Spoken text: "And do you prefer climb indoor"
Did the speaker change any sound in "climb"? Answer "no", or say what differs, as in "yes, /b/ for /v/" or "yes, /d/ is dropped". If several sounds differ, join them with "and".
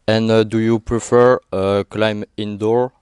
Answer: no